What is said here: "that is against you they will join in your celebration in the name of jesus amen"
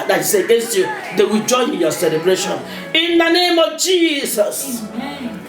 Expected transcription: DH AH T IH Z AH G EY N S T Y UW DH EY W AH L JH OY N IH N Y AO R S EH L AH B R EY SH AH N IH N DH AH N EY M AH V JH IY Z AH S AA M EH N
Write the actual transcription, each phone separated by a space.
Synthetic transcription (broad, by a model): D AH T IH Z AH G EY N S T Y UW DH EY W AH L JH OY IH N Y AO S EH L AH B R EY SH AH N IH N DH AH N EY M AH V JH IY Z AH S